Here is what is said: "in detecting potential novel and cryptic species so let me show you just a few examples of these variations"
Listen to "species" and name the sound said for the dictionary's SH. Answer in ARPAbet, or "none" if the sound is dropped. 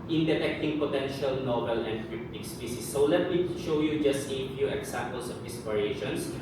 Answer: S